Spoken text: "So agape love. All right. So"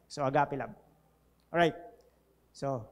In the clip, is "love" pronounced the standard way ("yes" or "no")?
no